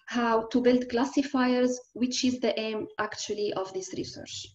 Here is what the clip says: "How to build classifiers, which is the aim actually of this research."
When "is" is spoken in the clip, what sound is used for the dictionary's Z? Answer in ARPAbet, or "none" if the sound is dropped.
Z